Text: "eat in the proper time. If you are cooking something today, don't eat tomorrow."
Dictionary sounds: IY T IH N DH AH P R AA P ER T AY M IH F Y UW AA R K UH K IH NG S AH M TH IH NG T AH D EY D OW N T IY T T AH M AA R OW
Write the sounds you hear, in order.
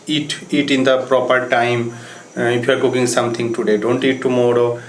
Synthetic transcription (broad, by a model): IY T IH N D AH P R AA P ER T AY M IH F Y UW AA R K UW K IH NG S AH M T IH NG T AH D EY D OW N T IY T T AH M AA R OW